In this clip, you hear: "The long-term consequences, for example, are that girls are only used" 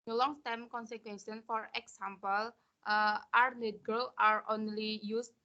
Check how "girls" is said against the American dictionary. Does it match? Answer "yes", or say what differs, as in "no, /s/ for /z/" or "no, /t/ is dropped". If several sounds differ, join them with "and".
no, /z/ is dropped